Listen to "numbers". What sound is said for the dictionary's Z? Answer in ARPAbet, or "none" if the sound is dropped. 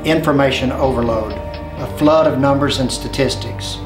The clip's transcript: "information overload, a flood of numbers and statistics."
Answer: Z